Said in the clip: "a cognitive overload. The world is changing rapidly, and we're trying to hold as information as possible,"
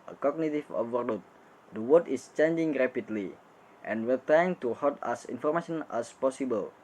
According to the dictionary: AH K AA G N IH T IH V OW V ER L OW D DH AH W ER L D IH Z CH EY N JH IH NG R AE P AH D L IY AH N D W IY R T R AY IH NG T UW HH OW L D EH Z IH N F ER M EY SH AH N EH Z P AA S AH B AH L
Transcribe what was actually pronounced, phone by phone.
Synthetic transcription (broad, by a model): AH K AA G N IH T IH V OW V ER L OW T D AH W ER D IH S CH EY N JH IH NG R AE P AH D L IY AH N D W IY R T R AY IH NG T UW HH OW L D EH S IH N F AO M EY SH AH N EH S P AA S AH B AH L